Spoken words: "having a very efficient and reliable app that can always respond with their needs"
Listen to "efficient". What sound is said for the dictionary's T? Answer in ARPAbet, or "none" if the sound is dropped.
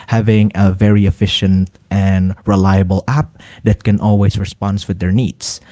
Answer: T